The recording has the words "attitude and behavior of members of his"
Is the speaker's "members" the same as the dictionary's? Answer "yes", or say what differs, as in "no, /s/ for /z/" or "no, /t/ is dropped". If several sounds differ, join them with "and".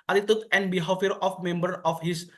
no, /z/ is dropped